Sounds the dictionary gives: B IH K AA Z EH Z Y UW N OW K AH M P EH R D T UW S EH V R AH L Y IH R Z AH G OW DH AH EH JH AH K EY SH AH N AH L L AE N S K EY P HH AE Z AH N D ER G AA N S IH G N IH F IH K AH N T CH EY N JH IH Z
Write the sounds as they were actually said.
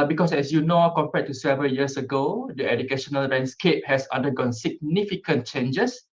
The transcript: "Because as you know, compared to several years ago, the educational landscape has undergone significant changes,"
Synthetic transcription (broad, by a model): B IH K AA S EH S Y UW N OW K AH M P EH T UW S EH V AH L Y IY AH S AH G OW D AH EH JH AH K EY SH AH N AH L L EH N S K EY P HH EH S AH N D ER G AA N S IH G N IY F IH K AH N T CH EY N JH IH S